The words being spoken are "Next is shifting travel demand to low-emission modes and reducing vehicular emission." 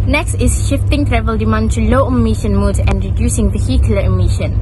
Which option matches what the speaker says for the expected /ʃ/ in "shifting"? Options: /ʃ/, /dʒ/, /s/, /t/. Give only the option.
/ʃ/